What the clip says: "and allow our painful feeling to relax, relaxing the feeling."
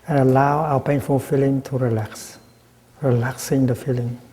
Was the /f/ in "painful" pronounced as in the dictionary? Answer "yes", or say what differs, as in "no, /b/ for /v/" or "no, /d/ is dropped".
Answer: yes